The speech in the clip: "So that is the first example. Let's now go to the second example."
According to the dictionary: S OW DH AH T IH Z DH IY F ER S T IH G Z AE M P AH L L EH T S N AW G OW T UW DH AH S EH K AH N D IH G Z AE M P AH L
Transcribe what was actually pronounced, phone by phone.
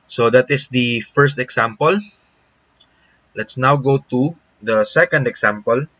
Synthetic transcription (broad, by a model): S OW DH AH T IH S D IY F ER S T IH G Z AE M P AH L L EH T S N AW G OW T UW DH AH S EH K AH N D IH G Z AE M P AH L